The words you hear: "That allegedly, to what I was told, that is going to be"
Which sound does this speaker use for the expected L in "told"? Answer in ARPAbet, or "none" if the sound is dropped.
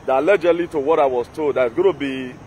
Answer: none